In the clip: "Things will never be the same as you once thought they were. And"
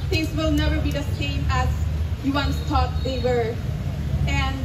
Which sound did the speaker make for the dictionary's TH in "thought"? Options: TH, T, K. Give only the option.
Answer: T